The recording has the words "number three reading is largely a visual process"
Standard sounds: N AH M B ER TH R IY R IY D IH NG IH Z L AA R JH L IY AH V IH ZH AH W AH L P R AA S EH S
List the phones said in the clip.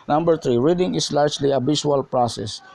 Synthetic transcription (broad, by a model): N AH M B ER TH R IY R IY D IH NG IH S L AA R JH L IY AH B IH SH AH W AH L P R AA S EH S